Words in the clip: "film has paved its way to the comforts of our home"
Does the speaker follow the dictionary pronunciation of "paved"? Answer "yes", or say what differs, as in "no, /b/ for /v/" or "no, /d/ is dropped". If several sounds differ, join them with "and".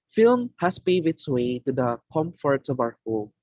no, /v/ is dropped